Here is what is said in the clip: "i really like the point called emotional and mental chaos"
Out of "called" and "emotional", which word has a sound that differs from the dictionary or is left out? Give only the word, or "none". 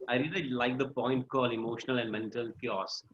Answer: called